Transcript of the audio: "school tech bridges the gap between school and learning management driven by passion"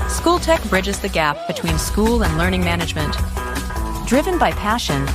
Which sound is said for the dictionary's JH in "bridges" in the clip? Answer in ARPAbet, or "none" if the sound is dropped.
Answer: JH